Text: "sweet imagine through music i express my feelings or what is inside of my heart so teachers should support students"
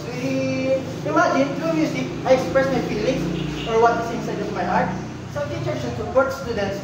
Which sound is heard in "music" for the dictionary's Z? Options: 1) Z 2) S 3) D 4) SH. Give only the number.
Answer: 2